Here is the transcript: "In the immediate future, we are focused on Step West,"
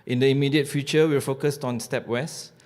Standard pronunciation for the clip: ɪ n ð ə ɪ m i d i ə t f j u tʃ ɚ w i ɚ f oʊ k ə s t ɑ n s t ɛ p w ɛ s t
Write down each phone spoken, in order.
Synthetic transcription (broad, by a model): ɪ n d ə ɪ m i d i ə t f j u tʃ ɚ w i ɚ f oʊ k ə s t ɑ n s t ɛ p w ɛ s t